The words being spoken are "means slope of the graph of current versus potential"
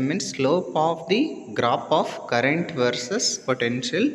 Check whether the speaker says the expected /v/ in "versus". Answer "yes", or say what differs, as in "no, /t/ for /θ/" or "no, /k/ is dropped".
yes